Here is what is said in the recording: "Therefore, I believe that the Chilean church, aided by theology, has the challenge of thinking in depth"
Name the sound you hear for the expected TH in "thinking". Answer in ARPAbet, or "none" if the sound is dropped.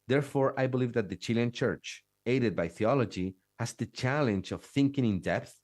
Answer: TH